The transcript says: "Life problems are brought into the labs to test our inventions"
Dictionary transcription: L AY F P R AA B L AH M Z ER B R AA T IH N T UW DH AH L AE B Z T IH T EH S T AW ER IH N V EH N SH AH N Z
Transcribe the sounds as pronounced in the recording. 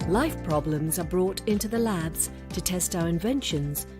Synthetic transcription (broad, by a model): L AY F P R AA B L AH M Z ER B R AA T IH N T UW DH AH L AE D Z T IH T EH S T AW ER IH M V EH N SH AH N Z